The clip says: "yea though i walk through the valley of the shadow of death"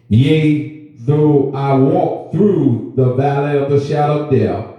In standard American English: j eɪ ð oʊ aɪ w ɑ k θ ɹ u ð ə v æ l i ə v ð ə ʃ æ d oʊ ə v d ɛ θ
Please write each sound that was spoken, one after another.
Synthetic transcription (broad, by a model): j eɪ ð oʊ aɪ w ɑ k θ ɹ u ð ə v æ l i ə v ð ə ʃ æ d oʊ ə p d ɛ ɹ